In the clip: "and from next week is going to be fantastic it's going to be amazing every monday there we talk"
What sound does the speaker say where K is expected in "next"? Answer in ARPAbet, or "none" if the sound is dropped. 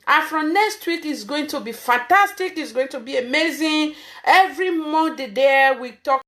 K